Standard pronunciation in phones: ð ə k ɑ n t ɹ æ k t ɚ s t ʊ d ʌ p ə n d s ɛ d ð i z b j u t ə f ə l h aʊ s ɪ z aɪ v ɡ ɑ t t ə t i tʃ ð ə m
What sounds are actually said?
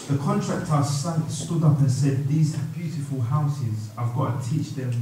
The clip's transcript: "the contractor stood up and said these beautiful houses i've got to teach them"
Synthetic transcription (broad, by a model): ð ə k ɑ n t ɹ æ k t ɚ s t ʊ d ʌ p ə n s ɛ d ð i z b j u t ə f ə l h aʊ s ɪ z aɪ v ɡ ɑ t t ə t i tʃ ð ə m